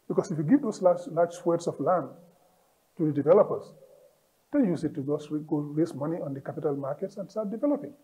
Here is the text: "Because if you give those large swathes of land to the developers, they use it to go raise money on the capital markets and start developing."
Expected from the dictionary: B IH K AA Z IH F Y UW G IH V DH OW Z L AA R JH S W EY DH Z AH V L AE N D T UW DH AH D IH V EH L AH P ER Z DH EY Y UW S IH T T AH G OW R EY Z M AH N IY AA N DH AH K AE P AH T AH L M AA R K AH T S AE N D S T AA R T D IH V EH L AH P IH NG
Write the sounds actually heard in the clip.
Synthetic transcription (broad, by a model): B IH K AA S IH F Y UW G IH V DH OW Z L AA L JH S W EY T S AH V L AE N D T UW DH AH D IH V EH L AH P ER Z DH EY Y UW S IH T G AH G OW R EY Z M AH N IY AA N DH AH K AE P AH T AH L M AA R K AH T S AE N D S T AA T D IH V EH L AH P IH NG